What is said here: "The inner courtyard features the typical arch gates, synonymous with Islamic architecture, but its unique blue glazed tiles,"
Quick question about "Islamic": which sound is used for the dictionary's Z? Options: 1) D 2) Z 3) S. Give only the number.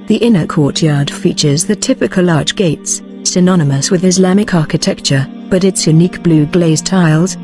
2